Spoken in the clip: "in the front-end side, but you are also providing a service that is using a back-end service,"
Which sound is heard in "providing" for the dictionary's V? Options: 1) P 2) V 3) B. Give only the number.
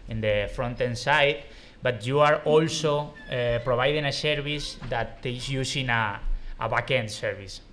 3